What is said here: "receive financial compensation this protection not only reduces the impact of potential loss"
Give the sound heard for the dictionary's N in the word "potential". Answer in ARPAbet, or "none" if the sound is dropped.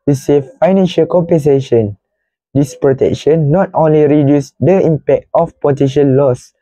none